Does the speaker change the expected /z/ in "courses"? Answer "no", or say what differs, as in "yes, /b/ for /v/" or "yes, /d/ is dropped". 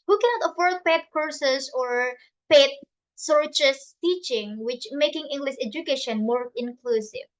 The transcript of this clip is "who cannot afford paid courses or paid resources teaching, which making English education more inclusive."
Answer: yes, /s/ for /z/